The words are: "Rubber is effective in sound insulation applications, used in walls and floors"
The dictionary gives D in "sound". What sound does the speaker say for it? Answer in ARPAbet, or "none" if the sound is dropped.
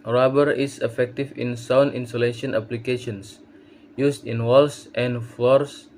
none